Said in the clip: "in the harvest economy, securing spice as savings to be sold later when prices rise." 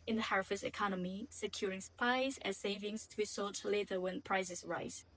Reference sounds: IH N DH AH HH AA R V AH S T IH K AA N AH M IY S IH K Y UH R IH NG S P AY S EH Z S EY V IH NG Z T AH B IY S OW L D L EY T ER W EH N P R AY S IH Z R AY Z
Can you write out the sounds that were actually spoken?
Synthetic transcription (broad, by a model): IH N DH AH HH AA R F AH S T IH K AA N AH M IY S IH K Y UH R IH NG S P AY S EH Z S EY V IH NG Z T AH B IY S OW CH L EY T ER W EH N P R AY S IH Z R AY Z